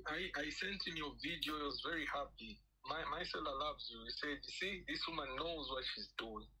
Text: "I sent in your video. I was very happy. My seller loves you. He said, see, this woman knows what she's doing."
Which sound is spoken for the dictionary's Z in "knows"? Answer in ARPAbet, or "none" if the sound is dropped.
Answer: Z